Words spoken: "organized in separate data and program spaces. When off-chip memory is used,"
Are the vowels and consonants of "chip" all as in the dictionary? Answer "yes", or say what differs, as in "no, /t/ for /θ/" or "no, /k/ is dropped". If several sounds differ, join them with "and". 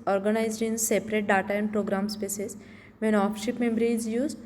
no, /ʃ/ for /tʃ/